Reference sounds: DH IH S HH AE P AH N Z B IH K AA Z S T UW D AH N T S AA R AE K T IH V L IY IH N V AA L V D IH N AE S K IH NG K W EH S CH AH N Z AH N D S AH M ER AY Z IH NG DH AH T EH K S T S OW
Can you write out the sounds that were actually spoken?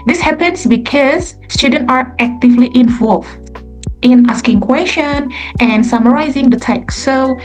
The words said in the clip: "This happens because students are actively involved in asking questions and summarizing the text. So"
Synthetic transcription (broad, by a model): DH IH S HH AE P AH N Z B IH K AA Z S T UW D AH N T AA R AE K T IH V L IY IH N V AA L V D IH N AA S K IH NG K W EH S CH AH N AH N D S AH M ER AY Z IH NG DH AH T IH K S S OW